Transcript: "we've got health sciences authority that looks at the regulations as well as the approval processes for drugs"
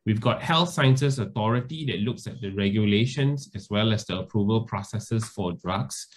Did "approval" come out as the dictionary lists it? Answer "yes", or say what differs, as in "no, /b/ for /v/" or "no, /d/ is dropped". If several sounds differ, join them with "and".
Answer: yes